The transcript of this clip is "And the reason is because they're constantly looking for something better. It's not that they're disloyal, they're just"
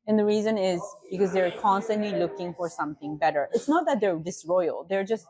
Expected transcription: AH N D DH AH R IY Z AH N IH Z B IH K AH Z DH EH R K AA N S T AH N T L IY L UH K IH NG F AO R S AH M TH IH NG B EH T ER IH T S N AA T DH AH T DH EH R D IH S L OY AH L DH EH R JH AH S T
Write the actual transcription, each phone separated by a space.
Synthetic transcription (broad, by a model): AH N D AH R IY Z AH N IH Z B IH K AH Z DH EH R K AA N S T AH N T L IY L UH K IH NG F AO R S AH M TH IH NG B EH T ER IH T S N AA T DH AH T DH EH R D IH S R OY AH L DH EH R JH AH S T